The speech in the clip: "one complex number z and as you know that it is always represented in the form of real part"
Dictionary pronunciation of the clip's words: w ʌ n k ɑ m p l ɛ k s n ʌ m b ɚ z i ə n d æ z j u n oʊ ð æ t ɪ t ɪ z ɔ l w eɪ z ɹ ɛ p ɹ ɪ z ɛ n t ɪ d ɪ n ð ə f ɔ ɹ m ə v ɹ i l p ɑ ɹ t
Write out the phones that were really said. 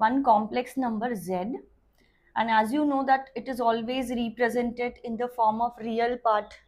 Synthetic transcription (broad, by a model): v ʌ n k ɑ m p l ɛ k s n ʌ m b ɚ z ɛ ə n d æ z j u n oʊ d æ t ɪ t ɪ z ɔ l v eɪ z ɹ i p ɹ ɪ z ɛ n t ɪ d ɪ n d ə f ɔ ɹ m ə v ɹ i l p ɑ ɹ t